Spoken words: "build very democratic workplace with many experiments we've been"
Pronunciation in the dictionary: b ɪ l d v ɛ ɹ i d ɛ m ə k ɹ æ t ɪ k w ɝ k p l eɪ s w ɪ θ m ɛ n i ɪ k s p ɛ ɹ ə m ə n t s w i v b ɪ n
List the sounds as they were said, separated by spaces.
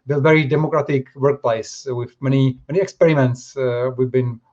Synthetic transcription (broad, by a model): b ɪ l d v ɛ ɹ i d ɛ m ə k ɹ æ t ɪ k w ɝ k p l eɪ s w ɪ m m ɛ n i ɪ k s p ɛ ɹ ə m ə n t s w i v b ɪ n